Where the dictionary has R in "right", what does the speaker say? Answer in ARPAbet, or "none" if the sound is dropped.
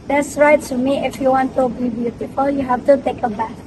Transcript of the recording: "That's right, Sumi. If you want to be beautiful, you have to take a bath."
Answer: R